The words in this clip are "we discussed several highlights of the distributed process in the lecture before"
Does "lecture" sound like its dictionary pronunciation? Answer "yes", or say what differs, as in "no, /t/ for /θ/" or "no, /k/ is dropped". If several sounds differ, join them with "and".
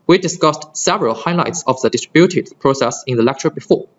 yes